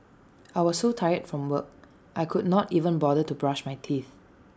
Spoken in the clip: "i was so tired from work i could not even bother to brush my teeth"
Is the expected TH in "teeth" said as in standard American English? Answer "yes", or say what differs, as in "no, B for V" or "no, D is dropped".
yes